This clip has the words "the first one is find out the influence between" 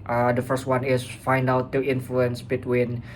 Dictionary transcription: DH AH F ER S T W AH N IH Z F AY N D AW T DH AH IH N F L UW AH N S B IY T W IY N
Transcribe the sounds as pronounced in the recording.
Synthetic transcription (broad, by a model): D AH F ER S T W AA N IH S F AY N D AW T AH IH N F L UW AH N S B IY T W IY N